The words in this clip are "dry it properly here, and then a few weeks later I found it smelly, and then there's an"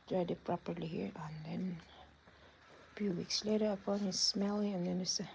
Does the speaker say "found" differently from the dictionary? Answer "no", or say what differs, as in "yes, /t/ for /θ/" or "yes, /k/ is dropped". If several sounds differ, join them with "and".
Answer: yes, /d/ is dropped